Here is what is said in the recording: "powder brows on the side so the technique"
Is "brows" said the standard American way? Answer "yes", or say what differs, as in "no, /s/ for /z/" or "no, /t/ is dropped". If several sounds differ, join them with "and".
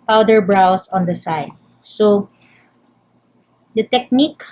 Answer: no, /s/ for /z/